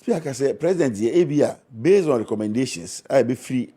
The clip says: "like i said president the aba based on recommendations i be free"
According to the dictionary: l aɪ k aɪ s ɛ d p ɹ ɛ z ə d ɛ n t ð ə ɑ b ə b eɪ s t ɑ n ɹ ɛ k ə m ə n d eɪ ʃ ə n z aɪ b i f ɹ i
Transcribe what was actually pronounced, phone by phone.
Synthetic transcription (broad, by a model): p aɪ k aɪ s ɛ p ɹ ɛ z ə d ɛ n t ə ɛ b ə b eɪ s ɑ n ɹ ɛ k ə m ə n d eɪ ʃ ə n s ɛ b i f ɹ i